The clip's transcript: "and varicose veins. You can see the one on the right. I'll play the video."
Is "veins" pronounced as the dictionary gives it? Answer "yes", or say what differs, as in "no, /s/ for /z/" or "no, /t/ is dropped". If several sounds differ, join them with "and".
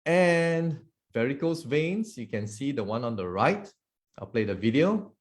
no, /s/ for /z/